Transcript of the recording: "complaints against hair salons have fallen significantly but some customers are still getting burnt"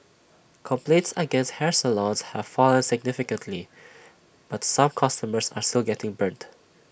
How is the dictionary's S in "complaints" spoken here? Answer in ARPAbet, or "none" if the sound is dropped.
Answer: S